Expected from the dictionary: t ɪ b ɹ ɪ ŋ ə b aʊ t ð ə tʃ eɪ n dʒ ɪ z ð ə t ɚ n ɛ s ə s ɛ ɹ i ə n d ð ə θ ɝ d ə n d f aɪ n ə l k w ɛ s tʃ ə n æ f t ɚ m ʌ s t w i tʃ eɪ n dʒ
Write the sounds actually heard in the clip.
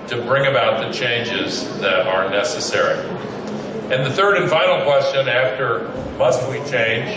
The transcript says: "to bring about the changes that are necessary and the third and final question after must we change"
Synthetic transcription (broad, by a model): t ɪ b ɹ ɪ ŋ ə b aʊ t ð ə tʃ eɪ n dʒ ɪ z ð ə t ɚ n ɛ s ə s ɛ ɹ i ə n ð ə θ ɝ d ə n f aɪ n l k w ɛ s tʃ ə n æ f t ɚ m ʌ s t w i tʃ eɪ n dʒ